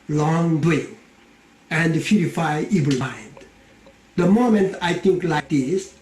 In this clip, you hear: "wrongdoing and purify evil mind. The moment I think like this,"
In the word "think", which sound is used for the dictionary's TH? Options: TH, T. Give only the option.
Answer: T